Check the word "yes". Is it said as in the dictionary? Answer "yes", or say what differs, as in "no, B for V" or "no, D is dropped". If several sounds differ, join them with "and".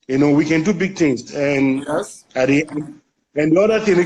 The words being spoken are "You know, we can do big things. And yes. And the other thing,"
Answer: no, S is dropped